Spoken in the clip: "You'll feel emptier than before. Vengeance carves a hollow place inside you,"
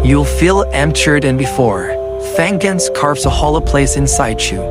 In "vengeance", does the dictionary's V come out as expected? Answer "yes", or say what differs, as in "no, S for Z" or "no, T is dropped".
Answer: no, F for V